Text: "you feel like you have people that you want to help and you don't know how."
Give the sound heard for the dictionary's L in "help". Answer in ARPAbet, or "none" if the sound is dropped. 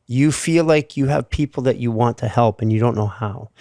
L